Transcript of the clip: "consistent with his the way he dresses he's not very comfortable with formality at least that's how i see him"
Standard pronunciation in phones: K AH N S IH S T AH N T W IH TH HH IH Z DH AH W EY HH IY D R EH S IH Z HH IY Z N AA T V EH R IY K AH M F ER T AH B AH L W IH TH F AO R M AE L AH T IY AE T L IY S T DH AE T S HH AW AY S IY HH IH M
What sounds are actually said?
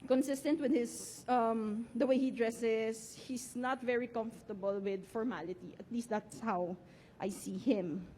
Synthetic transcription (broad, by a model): K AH N S IH S T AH N T W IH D HH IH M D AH W EY HH IY D R EH S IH S HH IY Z N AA T V EH R IY K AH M F T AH B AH L W IH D F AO R M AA L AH T IY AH T L IY S T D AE T S HH AW AY S IY HH IH M